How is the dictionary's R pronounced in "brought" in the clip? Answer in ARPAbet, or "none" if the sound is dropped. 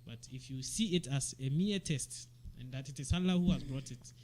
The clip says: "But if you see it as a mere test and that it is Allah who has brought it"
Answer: R